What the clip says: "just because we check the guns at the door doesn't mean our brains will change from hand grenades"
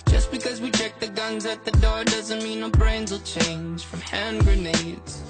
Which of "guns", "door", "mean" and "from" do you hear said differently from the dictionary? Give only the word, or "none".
none